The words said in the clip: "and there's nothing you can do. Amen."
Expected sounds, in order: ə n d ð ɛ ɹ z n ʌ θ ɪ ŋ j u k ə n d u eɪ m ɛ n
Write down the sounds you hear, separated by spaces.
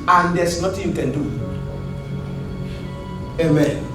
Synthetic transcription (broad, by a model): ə n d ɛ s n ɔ t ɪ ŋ j u k ə n d u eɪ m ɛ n